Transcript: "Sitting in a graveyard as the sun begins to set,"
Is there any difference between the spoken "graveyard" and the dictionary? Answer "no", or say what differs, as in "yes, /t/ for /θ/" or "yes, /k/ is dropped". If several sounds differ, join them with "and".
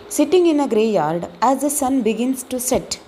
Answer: yes, /v/ is dropped